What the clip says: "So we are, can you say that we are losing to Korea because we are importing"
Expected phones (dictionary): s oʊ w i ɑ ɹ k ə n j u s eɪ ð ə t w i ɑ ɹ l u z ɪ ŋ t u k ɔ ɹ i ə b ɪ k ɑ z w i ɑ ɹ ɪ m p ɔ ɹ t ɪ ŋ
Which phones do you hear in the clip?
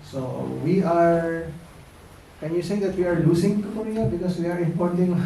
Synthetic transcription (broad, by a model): s oʊ w i ɑ ɹ k ə n j u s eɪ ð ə t w i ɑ ɹ l u s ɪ ŋ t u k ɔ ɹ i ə b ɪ k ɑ s w i ɑ ɹ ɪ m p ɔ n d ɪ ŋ